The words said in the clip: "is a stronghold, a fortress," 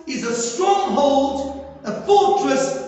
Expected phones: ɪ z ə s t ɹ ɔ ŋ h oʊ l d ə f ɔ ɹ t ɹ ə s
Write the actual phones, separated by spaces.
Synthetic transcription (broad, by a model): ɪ z ə s t ɹ ɔ ŋ h oʊ l d ə f ɔ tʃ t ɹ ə s